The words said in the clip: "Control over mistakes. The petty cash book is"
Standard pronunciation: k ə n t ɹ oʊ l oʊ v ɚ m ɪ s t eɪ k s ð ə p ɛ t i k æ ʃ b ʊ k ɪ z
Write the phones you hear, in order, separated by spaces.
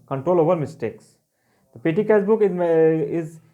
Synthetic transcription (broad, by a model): k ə n t ɹ oʊ l oʊ v ɚ m ɪ s t eɪ k s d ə p ɛ t i k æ s b ʊ k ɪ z